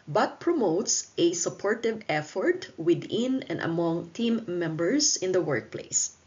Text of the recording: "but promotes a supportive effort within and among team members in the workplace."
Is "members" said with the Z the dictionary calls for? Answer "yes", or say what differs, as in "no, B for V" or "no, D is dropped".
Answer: no, S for Z